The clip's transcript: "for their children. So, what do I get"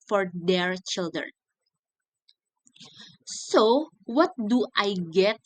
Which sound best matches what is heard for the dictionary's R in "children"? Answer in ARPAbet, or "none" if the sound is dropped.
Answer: R